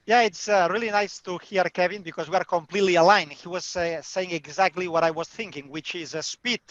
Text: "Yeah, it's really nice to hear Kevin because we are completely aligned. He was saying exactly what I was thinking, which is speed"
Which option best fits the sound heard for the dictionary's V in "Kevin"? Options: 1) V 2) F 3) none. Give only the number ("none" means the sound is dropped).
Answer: 1